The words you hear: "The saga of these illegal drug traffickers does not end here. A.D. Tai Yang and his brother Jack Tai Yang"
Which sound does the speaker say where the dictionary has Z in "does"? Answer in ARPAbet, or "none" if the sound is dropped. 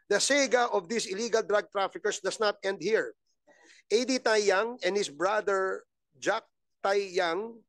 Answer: S